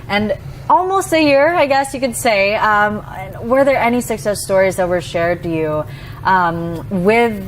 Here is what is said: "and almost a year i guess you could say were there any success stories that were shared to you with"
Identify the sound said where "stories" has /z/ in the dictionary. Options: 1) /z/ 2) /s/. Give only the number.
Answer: 1